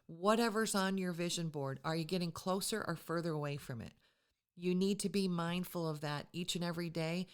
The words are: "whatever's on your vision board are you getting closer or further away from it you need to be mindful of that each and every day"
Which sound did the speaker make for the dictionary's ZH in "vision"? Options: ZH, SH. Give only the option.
ZH